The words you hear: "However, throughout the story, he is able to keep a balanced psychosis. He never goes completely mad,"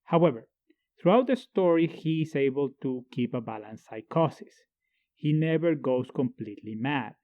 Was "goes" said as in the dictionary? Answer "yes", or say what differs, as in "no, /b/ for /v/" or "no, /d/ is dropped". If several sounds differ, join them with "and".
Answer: no, /s/ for /z/